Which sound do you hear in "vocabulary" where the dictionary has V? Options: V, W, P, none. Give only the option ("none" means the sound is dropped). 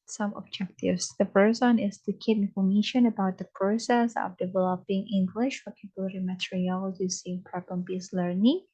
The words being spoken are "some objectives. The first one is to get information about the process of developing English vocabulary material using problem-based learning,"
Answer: W